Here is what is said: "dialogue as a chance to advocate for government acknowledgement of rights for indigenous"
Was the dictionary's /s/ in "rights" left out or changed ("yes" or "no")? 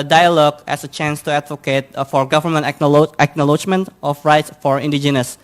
no